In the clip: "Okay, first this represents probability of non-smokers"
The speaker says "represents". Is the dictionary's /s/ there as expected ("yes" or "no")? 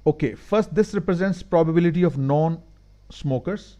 yes